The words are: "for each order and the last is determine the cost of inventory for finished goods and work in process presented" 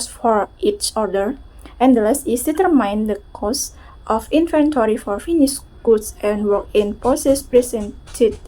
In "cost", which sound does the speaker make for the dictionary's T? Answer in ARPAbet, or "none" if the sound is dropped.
T